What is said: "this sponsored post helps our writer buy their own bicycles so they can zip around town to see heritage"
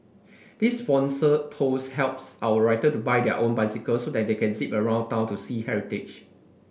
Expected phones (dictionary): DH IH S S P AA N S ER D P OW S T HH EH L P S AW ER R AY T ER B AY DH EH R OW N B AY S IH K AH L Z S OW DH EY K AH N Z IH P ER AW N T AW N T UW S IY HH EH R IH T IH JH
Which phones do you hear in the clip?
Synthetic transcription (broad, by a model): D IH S S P AA N S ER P OW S HH EH L P S AW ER R AY T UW B AY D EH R OW N B AY S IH K AH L S OW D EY K AH N S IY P ER AW N T AW N T UW S IY HH EH R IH T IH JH